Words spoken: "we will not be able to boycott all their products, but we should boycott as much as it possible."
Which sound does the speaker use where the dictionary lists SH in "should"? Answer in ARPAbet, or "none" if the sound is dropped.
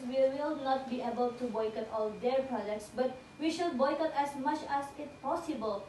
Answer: SH